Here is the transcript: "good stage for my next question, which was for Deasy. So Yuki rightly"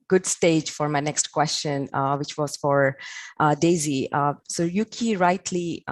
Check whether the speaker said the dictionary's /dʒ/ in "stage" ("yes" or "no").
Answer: yes